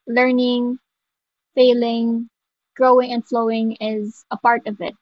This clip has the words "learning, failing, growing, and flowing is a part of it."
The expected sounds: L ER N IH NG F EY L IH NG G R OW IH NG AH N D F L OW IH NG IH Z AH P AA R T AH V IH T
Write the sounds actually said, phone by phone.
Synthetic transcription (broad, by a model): L ER N IH NG F EY L IH NG G R OW IH NG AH N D F L OW IH NG IH Z AH P AA R T AH V IH T